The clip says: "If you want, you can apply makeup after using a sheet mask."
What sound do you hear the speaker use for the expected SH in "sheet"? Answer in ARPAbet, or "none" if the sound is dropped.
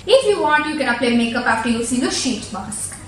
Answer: SH